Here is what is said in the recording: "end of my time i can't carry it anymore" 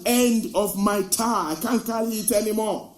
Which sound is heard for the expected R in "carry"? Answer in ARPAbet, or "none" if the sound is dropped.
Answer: L